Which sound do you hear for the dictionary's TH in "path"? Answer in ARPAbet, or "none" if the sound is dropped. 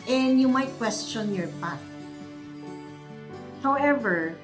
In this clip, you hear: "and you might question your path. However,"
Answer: T